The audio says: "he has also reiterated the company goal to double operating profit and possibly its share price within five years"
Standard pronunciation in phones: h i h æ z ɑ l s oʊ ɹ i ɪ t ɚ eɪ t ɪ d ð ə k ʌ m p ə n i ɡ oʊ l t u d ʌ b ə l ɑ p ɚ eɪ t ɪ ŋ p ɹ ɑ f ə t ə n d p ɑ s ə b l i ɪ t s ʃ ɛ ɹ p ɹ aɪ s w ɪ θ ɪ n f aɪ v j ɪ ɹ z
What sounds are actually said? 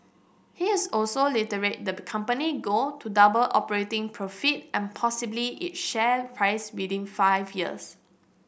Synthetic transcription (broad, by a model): h i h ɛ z ɑ l s oʊ l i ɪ t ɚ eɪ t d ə k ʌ m p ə n i ɡ oʊ t u d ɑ b ə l ɑ p ɚ eɪ t ɪ ŋ p ɹ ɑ f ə t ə n p ɑ s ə b l i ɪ t ʃ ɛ p ɹ aɪ s w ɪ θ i n f aɪ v j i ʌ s